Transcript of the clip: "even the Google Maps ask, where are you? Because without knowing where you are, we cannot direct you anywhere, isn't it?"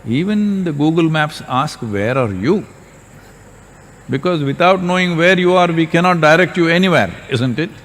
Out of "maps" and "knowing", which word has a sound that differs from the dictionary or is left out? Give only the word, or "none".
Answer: none